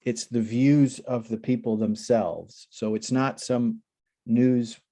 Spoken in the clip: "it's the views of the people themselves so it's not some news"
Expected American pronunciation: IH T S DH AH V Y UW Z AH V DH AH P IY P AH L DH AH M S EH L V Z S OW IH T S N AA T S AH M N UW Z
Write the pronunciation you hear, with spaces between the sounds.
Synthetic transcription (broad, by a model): IH T S DH AH V Y UW Z AH V DH AH P IY P L DH AH M S EH L V Z S OW IH T S N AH T S AH M N UW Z